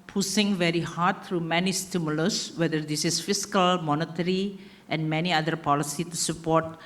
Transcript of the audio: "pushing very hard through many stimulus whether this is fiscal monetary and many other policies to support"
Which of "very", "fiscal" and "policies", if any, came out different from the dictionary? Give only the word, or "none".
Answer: policies